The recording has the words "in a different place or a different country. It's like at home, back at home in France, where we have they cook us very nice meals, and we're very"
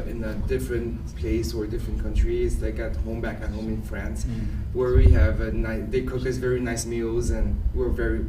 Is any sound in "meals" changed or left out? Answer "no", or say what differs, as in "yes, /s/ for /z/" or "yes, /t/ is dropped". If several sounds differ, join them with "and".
no